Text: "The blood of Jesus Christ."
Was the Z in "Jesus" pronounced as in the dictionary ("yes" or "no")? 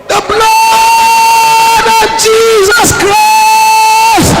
yes